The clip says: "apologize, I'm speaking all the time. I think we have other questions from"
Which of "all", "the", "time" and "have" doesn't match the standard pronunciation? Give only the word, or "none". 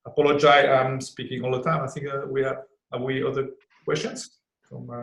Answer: have